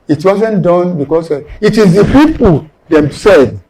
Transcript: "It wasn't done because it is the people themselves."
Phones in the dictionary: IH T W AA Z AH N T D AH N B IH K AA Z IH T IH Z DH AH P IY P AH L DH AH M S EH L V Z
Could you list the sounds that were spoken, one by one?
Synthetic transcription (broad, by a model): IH T W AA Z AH N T D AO N B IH K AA S IH T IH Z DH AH P IY P AH L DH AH M S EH L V